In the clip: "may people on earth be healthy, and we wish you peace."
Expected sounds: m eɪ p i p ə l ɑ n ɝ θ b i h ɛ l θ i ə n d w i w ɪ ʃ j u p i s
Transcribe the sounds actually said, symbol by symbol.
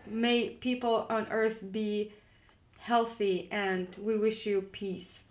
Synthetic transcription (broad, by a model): m eɪ p i p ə l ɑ n ɝ θ b i h ɛ l θ i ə n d w i w ɪ ʃ j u p i s